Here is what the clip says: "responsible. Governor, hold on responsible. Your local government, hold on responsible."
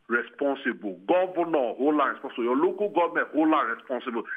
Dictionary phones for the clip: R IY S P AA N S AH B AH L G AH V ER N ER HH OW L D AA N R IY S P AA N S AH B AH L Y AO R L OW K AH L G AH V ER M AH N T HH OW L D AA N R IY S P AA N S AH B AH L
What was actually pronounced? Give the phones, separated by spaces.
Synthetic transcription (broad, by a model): R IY S P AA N S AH B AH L G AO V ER N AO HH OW L AA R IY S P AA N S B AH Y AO L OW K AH G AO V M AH T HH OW L AA R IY S P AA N S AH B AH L